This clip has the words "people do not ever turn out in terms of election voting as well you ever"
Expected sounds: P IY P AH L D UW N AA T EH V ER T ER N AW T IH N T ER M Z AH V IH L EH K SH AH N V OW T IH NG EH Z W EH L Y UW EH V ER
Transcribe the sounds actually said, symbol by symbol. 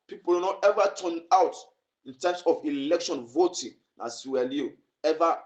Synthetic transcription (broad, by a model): P IY P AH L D N AA T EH V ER T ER N AW T IH N T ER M S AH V IH L EH K SH AH N V OW T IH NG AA S W EH L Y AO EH V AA